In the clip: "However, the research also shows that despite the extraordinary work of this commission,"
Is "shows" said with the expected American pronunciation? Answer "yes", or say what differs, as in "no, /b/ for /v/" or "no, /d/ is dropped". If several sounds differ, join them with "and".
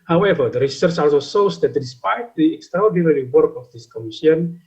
no, /s/ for /ʃ/